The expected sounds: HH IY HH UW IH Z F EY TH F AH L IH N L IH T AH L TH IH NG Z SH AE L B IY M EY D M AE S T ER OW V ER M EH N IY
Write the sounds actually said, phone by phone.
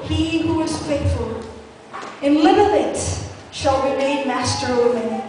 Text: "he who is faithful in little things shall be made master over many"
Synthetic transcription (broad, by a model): HH IY HH UW IH Z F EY T F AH L IH N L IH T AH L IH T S SH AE L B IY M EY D M AE S T ER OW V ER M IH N